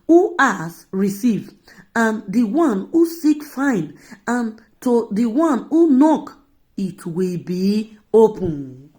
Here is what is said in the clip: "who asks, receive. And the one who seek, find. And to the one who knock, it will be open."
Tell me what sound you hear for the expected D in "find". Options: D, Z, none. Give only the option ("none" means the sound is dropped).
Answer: none